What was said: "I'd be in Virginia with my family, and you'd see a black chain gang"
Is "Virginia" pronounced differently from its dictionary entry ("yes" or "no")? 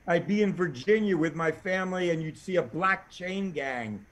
no